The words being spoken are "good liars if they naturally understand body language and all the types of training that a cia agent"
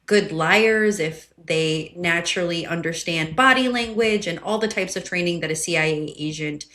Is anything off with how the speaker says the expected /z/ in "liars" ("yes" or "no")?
no